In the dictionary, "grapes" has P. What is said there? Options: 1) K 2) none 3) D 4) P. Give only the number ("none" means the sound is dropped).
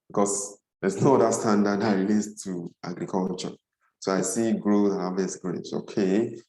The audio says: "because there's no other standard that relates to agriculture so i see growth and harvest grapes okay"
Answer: 2